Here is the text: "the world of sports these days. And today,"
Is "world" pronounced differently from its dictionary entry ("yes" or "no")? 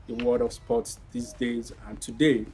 yes